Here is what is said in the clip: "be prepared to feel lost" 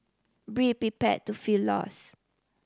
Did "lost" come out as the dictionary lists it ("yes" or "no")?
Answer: no